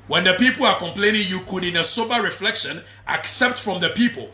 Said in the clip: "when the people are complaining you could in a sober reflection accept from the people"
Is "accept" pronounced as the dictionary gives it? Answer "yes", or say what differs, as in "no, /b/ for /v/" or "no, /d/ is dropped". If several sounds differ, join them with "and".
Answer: yes